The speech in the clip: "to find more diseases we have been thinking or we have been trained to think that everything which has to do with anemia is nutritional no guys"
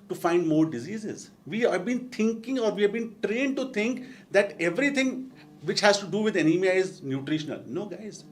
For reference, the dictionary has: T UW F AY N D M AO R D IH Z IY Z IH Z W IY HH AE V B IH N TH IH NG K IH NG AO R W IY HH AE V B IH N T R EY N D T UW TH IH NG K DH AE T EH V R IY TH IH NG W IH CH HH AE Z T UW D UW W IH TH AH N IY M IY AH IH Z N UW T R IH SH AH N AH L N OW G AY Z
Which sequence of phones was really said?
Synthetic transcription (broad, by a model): T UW F AY N D M AO R D IH Z IY Z IH Z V IY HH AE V B IH N T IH NG K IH NG AO R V IY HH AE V B IH N T R EY N D T UW T IH NG K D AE T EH V R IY T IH NG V IH CH HH AE Z T UW D UW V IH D AH N IY M IY AH IH Z N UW T R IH SH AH N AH L N OW G AY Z